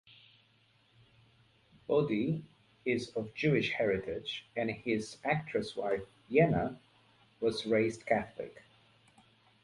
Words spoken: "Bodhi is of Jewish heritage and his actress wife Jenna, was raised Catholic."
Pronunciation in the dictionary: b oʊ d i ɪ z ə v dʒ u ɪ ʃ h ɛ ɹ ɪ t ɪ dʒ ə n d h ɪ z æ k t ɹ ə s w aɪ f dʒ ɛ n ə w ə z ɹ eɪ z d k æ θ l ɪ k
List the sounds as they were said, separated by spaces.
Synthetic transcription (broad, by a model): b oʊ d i ɪ z ə v dʒ u ɪ ʃ h ɛ ɹ ɪ t ɪ dʒ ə n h ɪ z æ k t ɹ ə s w aɪ f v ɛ n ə w ə z ɹ eɪ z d k æ θ l ɪ k